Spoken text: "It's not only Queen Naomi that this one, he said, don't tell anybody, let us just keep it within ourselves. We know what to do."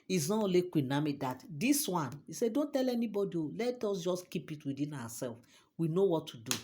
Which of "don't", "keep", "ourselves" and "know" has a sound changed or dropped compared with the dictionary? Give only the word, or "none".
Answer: ourselves